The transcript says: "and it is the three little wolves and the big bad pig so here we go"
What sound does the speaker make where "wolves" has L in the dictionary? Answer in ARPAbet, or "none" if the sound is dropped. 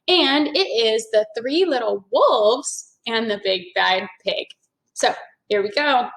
L